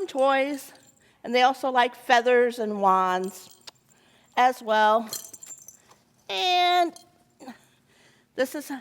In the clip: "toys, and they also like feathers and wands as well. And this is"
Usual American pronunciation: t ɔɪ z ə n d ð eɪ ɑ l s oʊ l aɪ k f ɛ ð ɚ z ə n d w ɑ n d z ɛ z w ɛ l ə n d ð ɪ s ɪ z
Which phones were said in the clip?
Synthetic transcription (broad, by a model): t ɔɪ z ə n ð eɪ ɑ l s oʊ l aɪ k f ɛ ð ɚ z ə n w ɑ n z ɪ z w ɛ l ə n ð ɪ s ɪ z